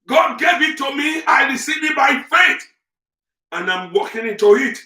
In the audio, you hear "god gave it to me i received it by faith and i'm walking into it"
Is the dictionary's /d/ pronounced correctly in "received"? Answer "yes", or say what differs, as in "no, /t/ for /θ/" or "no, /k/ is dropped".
no, /d/ is dropped